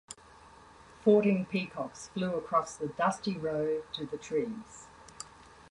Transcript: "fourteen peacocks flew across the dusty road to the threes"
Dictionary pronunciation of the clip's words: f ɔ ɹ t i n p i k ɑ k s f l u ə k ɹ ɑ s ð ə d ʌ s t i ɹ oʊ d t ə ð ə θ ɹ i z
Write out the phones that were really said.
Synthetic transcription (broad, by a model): f ɔ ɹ t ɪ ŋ p i k ɑ k s f l u ə k ɹ ɑ s ð ə d ʌ s t i ɹ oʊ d t ə ð ə t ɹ i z